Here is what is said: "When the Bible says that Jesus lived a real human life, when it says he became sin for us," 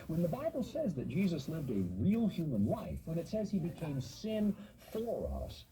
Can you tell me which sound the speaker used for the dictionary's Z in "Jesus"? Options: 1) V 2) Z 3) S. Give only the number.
2